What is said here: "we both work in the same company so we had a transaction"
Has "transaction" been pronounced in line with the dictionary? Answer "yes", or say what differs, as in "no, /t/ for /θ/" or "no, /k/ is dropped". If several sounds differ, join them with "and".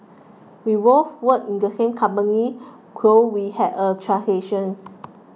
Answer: no, /k/ is dropped